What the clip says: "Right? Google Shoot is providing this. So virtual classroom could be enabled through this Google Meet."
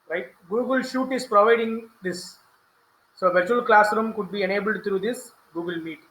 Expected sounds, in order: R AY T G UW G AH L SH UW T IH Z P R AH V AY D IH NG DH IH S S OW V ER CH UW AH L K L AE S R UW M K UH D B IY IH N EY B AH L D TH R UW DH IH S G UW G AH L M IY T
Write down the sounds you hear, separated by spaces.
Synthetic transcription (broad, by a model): R AY T G UW G AH L SH UW T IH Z P R AH V AY D IH NG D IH S S OW V ER CH UW AH L K L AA S R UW M K UH D B IY IH N EY B AH L D T R UW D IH S G UW G AH L M IY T